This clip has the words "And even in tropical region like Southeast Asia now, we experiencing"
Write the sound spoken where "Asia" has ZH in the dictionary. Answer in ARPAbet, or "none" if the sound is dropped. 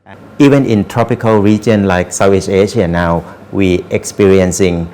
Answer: SH